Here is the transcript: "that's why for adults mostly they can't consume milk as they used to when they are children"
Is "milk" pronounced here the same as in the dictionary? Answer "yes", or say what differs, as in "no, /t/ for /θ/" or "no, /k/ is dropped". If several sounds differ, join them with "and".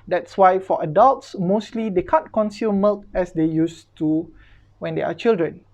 yes